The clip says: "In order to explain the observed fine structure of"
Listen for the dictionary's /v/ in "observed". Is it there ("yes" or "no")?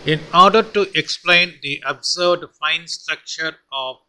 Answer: no